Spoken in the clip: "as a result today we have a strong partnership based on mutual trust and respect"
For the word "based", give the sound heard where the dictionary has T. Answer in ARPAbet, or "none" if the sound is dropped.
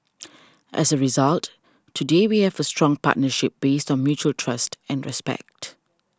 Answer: T